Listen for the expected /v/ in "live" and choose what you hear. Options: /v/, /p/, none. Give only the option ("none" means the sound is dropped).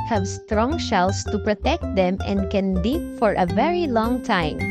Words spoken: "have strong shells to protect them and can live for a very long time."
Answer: /p/